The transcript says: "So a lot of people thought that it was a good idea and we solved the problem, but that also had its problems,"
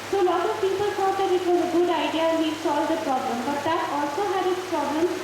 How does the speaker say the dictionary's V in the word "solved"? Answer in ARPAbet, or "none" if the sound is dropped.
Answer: none